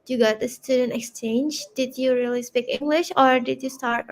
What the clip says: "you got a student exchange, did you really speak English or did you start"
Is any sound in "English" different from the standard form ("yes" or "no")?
no